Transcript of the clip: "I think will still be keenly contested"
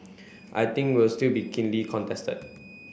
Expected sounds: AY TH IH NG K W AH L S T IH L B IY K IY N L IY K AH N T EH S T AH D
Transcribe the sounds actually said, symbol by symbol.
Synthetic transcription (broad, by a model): AY T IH NG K W AH L S T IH L B IY K IY N L IY K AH N T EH S T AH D